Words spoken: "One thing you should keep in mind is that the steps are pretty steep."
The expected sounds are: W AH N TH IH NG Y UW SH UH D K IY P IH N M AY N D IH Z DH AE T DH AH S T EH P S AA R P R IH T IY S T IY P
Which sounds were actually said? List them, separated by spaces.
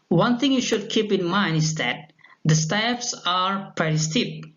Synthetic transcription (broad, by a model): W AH N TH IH NG Y UW SH UH D K IY P IH N M AY N D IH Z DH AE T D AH S T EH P S AA R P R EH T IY S T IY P